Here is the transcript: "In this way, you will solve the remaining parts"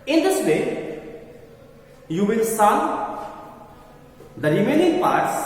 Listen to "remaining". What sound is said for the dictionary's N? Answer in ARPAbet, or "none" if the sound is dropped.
L